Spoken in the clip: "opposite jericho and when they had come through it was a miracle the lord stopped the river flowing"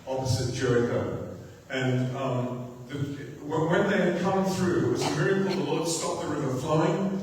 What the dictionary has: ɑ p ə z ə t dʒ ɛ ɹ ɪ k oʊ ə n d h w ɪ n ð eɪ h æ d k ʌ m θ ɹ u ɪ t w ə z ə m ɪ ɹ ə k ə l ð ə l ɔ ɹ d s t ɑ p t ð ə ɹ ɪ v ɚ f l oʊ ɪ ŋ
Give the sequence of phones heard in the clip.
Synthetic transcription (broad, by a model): ɑ p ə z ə t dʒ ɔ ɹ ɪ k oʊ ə n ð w w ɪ n ð eɪ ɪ d k ʌ m θ ɹ u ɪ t w ə z ə m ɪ ɹ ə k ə l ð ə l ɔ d s t ɑ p ð ə ɹ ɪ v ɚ f l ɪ ɪ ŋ